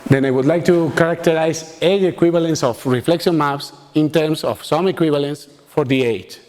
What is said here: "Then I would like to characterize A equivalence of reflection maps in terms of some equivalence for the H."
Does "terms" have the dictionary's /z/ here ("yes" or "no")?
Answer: no